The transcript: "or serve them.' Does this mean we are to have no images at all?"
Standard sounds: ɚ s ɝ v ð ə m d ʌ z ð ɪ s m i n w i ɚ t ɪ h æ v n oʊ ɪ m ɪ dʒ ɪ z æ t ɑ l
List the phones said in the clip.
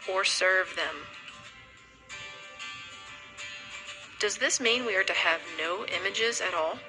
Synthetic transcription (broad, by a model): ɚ s ɝ v ð ə m d ʌ z ð ɪ s m i n w i ɚ t ɪ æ v n oʊ ɪ m ɪ dʒ ɪ z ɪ t ɑ l